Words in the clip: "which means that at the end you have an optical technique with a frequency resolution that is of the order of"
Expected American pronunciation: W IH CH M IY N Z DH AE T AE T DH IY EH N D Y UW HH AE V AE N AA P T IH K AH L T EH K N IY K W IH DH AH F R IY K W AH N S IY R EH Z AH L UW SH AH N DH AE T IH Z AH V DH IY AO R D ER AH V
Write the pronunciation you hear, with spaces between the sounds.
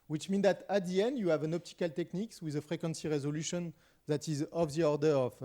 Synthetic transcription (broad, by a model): W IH CH M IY N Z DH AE T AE T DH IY EH N D Y UW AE V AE N AA P T IH K AH L T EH K N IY K W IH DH AH F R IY K W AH N S IY R EH Z AH L UW SH AH N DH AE T IH Z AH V DH IY AO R D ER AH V